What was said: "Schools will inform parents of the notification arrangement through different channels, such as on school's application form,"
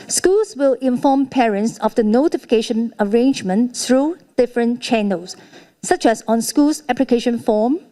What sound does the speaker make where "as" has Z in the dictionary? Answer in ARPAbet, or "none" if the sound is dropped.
S